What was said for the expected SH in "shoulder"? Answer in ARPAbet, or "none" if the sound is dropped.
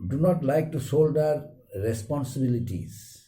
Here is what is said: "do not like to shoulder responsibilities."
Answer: S